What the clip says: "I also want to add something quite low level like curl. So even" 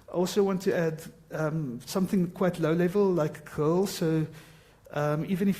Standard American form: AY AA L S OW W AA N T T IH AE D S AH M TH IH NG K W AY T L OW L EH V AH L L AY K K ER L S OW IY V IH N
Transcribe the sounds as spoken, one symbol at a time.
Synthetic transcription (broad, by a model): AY AA L S OW W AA N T T IH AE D S AH M TH IH NG K W AY T L OW L EH V AH L L AY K K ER L S OW IY V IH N